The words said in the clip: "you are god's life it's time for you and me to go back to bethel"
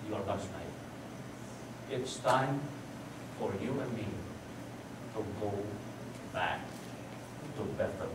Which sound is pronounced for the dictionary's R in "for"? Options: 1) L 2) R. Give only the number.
2